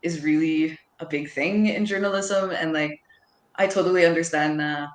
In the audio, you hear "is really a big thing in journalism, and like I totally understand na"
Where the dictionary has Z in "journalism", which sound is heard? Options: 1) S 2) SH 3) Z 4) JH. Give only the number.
3